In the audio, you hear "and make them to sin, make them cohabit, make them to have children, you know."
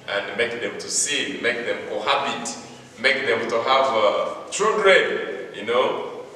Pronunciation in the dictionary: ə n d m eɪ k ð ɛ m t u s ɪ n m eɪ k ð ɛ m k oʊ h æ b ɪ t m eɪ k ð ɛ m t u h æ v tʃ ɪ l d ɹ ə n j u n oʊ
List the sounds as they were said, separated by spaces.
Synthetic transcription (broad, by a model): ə n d m eɪ k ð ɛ m t u s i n m eɪ k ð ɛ m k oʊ h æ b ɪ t m eɪ k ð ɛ m t u h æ v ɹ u d ɹ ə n j u n oʊ